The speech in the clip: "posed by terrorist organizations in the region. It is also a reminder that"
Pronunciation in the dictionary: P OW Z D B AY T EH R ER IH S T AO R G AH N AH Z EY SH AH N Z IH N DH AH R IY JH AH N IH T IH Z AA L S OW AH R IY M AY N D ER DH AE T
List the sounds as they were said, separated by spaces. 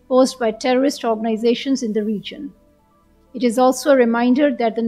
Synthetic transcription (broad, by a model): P OW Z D B AY T EH R ER IH S T AO R G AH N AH Z EY SH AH N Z IH N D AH R IY JH AH N IH T IH Z AA L S OW AH R IY M AY N D ER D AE T